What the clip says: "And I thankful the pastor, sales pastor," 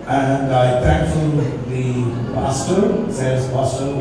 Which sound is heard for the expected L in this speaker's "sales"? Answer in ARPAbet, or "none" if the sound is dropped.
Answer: none